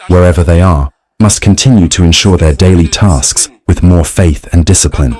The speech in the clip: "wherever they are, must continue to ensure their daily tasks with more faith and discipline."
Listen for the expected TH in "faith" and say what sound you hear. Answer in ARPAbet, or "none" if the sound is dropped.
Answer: TH